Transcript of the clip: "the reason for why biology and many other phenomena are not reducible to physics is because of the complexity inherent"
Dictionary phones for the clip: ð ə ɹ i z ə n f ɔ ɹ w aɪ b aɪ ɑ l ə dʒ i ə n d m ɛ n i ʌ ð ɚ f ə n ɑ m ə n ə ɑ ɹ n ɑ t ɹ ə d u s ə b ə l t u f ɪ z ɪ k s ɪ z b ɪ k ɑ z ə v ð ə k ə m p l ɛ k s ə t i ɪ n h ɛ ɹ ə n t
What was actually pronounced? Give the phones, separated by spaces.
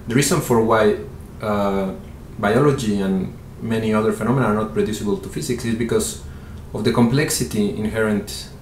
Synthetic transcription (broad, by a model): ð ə ɹ i s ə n f ɔ ɹ w aɪ b aɪ ɑ l ə dʒ i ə n m ɛ n i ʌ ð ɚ f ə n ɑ m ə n ɑ ɹ n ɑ t ɹ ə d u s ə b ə l t u f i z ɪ k s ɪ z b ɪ k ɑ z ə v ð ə k ə m p l ɛ k s ə t i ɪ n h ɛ ɹ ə n t